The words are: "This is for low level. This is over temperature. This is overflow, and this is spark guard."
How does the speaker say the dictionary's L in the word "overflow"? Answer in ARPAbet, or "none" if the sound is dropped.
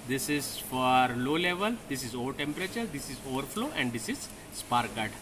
L